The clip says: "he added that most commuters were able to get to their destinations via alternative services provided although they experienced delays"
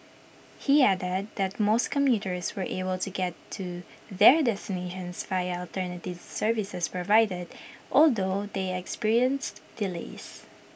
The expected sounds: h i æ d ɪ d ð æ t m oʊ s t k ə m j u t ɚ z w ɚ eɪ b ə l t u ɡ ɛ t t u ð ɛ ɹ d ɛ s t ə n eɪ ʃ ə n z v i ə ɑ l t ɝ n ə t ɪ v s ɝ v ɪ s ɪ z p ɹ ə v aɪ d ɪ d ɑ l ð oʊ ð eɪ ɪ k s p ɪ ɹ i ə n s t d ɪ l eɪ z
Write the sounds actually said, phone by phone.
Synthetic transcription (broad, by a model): h i æ d ɪ d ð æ t m oʊ s t k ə m j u t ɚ s w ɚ eɪ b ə l t u ɡ ɛ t t u ð ɛ ɹ d ɛ s t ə n eɪ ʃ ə n s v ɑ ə ɑ l t ɝ n ə t ɪ v s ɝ v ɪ s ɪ s p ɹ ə v aɪ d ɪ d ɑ l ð oʊ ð eɪ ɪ k s p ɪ ɹ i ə n s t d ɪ l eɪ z